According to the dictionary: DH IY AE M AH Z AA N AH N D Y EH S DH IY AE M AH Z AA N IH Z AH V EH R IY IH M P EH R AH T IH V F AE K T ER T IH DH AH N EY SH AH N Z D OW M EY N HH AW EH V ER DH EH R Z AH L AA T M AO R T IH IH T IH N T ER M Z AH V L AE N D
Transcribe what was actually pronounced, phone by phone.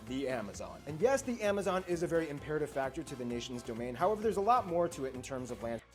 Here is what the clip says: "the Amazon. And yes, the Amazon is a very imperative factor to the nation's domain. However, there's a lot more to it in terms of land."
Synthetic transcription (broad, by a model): DH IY AE M AH Z AA N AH N Y EH S DH IY AE M AH Z AA N IH Z AH V EH R IY IH M P EH R AH T IH V F AE K T ER T IH DH AH N EY SH N Z D OW M EY N HH AW EH V ER DH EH R Z AH L AA T M AO R T IH IH T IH N T ER M Z AH V L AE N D